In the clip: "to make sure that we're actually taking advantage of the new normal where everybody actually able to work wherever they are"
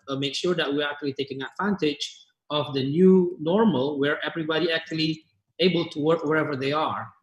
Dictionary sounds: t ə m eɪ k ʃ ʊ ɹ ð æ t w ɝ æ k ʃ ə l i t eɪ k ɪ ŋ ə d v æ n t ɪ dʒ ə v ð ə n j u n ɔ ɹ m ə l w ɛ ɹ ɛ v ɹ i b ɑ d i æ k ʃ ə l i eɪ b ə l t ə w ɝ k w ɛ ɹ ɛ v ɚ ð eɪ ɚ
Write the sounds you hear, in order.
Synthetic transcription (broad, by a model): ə m eɪ k ʃ ʊ ɹ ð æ t w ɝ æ k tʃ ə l i t eɪ k ɪ ŋ ə d v æ n t ɪ dʒ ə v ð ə n j u n ɔ ɹ m ə l w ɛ ɹ ɛ v ɹ i b ɑ d i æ k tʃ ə l i eɪ b ə l t ə w ɝ k w ɛ ɹ ɛ v ɚ ð eɪ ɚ